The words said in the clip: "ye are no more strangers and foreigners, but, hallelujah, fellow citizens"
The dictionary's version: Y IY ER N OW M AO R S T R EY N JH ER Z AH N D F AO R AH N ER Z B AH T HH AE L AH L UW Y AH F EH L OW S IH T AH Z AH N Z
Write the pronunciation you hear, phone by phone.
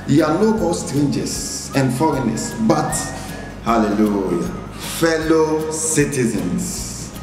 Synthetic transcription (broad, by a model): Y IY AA L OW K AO L S T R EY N JH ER S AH N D F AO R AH N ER S B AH T HH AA L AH L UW Y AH F EH L OW S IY T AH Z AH N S